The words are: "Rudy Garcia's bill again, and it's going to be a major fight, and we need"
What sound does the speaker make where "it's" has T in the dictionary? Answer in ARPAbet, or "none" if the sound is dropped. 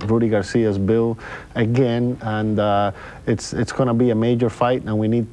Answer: T